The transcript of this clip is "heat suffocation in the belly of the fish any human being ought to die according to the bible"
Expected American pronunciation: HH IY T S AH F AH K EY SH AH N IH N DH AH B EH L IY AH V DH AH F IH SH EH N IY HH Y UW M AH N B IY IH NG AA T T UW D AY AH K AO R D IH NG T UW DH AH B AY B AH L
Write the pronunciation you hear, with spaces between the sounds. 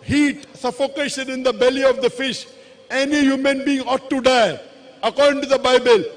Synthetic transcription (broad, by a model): HH IY T S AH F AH K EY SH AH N IH N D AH B EH L IY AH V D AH F IH SH EH N IY HH Y UW M AH N B IY IH NG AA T T UW D AY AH K AO R D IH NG T UW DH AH B AY B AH L